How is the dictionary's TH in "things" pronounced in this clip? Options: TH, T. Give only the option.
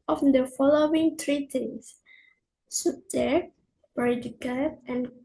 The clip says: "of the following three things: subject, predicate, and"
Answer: T